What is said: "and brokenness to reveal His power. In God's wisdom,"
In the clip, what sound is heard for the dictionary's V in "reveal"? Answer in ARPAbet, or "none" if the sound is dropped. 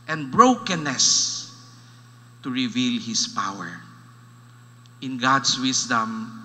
V